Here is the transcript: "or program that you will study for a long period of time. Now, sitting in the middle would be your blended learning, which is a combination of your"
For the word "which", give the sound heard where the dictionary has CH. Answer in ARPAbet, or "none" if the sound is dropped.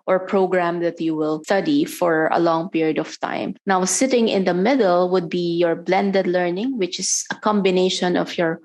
CH